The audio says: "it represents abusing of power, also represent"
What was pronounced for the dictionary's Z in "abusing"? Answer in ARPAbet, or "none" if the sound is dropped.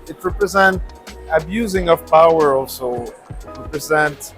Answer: Z